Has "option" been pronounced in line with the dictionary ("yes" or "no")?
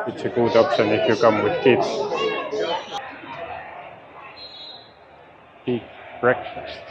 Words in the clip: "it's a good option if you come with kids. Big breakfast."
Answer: no